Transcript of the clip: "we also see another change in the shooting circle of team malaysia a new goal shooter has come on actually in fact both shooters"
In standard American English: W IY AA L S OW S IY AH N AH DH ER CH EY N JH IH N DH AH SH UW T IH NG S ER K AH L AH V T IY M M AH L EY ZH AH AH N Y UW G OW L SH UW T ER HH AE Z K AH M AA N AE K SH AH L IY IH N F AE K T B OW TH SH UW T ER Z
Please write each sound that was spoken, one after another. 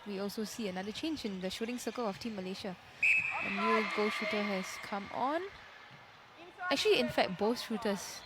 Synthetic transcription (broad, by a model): W IY AA L S OW S IY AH N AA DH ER CH EY N JH IH N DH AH SH UW T IH NG S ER K AH L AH F T IY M M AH L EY SH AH AH N Y UW G OW L SH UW T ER HH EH S K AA M AA N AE K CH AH L IY IH N F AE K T B OW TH SH UW T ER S